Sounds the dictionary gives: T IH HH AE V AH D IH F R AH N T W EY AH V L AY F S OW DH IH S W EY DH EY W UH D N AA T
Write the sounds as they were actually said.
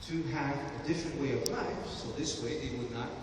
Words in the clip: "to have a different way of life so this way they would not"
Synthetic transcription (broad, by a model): T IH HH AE V AH D IH F R AH N T W EY AH V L AY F S OW DH IH S W EY DH EY W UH D N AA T